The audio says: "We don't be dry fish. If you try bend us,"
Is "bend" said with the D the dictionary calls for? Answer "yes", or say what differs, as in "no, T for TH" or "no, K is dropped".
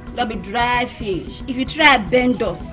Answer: yes